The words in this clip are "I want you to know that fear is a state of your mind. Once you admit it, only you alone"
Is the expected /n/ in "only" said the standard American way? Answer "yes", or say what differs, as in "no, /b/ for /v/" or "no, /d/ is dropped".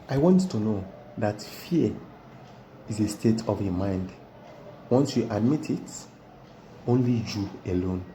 yes